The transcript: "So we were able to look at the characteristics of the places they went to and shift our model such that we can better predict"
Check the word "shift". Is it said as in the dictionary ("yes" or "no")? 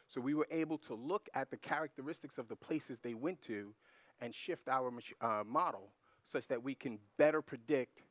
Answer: yes